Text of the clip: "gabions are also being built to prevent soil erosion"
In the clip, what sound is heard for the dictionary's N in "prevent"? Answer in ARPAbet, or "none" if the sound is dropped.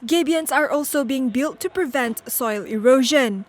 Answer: N